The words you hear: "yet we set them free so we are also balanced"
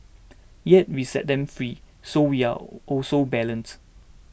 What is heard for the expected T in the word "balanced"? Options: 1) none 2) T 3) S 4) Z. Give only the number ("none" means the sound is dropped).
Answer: 1